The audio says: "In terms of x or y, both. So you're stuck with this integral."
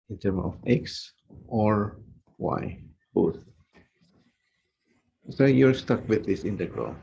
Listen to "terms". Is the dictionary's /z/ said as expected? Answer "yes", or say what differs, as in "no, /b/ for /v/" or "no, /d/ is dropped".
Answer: no, /z/ is dropped